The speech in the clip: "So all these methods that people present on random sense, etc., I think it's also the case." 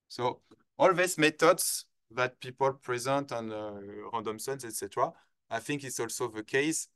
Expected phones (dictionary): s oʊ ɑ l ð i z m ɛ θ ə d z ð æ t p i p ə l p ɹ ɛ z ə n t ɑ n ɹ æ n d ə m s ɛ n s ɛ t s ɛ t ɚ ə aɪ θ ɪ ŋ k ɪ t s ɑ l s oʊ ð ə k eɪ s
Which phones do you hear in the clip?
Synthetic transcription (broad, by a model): s oʊ ɑ l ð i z m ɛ t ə d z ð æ t p i p ə l p ɹ ɛ z ə n t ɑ n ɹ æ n d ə m s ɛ n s ɛ t s ɛ t ɚ ə aɪ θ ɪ ŋ k ɪ t s ɑ l s oʊ ð ə k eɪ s